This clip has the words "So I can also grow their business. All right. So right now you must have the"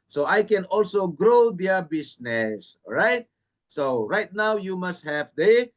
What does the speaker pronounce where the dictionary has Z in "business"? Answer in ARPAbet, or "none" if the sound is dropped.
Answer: S